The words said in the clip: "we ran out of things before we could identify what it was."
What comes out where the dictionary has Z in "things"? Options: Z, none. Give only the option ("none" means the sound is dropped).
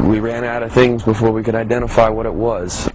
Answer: Z